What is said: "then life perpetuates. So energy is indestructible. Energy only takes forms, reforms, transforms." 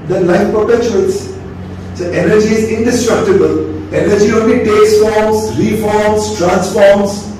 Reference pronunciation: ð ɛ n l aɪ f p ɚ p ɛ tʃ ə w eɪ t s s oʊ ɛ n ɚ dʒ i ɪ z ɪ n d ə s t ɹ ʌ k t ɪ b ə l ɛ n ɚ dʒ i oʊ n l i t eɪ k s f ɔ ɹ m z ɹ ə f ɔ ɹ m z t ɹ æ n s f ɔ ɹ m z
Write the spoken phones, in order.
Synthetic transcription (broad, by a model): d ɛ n l aɪ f p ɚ p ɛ tʃ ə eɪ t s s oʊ ɛ n ɚ dʒ i ɪ z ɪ n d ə s t ɹ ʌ k t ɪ b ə l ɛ n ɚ dʒ i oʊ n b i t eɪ s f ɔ ɹ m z ɹ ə f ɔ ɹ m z t ɹ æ n s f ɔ ɹ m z